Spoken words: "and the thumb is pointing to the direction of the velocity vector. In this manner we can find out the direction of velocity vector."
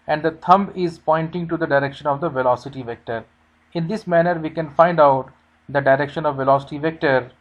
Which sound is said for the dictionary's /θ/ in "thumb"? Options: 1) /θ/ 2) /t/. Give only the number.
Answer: 2